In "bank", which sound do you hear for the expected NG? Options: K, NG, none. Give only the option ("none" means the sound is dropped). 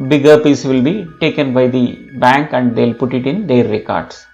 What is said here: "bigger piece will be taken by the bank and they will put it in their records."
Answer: NG